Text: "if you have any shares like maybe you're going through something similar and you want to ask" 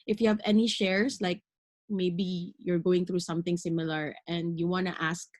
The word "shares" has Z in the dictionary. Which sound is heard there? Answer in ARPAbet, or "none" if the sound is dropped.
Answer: S